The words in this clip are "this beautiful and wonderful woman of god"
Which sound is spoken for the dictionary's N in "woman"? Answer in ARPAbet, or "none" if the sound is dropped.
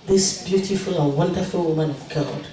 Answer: N